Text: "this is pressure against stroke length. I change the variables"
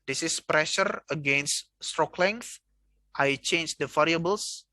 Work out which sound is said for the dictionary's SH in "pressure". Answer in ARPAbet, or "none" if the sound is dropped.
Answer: SH